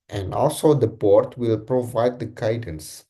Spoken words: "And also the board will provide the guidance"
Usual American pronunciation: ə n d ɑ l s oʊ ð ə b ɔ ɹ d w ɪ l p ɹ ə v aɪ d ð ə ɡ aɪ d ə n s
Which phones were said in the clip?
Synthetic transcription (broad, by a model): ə n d ɑ l s oʊ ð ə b ɔ ɹ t w ɪ l p ɹ ə v aɪ d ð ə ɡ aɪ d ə n s